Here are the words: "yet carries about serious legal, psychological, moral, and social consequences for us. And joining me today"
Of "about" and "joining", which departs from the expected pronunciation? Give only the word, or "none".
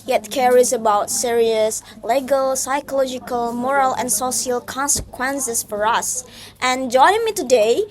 joining